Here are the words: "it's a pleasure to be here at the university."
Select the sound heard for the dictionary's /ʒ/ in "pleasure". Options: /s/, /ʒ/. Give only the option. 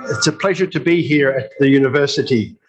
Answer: /ʒ/